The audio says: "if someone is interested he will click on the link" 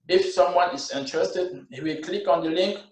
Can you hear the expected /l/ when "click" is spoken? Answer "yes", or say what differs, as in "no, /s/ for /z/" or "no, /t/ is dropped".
yes